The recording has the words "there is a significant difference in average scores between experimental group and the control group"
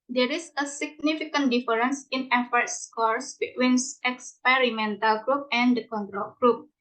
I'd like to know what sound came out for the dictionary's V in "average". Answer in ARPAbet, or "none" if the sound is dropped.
F